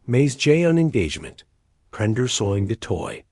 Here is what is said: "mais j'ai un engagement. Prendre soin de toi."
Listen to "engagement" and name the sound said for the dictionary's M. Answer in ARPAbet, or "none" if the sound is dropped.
M